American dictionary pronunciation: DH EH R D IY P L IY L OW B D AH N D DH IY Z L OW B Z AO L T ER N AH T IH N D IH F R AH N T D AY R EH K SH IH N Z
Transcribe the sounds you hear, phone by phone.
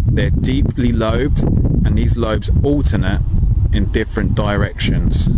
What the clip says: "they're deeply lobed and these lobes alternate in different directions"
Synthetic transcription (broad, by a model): DH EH D IY P L IY L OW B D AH N DH IY Z L OW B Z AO L T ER N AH T IH N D IH F R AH N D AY R EH K SH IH N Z